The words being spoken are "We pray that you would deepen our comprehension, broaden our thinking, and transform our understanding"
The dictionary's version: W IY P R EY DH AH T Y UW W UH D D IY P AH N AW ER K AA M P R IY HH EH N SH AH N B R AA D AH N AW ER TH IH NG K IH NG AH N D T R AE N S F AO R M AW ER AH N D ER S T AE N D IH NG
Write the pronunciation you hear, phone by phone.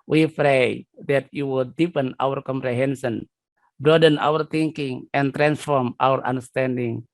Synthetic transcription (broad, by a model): W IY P R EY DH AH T Y UW W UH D D IY P AH N AW ER K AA M P R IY HH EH N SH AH N B R AA D AH N AW ER T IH NG K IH NG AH N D T R AE N S F AO R M AW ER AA N D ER S T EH N D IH NG